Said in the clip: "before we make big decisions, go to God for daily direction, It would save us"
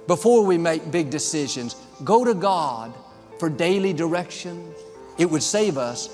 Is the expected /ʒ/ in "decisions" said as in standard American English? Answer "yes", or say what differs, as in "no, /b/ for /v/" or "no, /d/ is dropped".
yes